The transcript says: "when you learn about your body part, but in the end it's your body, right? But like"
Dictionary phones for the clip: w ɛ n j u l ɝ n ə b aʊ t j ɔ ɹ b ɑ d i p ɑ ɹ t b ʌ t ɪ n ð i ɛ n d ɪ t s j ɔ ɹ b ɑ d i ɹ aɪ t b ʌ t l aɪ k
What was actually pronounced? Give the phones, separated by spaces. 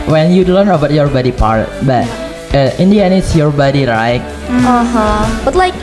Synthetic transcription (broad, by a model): w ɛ n j u l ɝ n ə b aʊ t j ɔ ɹ b ɑ d i p ɑ ɹ t b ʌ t ɪ n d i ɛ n ɪ t s j ɔ ɹ b ɑ d i ɹ aɪ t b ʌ t l aɪ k